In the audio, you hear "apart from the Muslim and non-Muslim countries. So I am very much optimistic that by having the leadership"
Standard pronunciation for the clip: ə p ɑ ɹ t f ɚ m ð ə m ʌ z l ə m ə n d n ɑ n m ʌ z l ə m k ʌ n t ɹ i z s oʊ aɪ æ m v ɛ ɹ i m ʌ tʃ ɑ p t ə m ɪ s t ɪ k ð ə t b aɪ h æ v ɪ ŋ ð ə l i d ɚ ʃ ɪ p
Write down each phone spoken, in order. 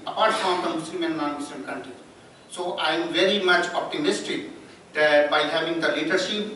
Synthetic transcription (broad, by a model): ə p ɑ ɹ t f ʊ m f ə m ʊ s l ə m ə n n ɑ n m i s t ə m k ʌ n t ɹ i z s oʊ aɪ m v ɛ ɹ i m ʌ tʃ ɑ p t ə m ɪ s t ɪ k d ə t b aɪ h æ v ɪ ŋ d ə l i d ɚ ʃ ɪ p